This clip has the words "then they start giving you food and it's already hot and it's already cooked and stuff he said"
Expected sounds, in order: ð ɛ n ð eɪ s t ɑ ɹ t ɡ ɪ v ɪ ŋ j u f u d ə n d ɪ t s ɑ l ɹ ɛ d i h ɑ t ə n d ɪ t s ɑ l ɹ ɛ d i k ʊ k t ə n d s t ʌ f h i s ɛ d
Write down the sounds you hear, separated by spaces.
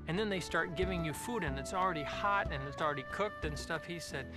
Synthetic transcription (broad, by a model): ð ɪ n ð eɪ s t ɑ ɹ t ɡ ɪ v ɪ ŋ j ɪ f u d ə n ɪ t s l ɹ ɛ d i h ɑ t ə n ɪ t s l ɹ ɛ d i k ʊ k t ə n s t ʌ f h i s ɛ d